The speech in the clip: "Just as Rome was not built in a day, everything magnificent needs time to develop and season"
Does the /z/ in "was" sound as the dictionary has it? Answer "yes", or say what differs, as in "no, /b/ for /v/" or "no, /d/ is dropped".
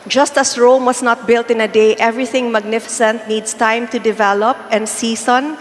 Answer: no, /s/ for /z/